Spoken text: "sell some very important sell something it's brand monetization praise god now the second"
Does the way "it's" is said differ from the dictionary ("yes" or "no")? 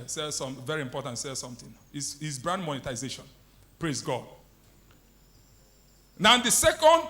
yes